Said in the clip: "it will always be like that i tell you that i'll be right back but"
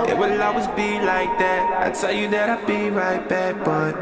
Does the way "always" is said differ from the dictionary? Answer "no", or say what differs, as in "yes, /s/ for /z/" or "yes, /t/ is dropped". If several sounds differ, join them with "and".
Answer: yes, /l/ is dropped